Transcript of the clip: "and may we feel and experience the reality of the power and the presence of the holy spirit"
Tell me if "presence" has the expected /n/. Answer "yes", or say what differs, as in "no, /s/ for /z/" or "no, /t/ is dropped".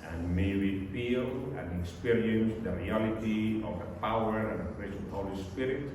no, /n/ is dropped